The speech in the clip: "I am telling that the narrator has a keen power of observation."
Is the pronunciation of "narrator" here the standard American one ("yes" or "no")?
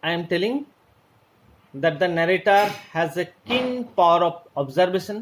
yes